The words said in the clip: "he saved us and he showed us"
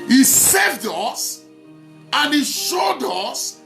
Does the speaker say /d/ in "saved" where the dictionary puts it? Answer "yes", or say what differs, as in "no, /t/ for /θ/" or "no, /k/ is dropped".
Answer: yes